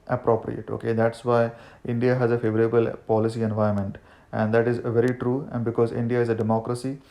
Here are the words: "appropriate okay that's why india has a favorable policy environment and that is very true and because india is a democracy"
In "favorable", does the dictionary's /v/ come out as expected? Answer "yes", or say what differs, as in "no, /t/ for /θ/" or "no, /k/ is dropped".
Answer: yes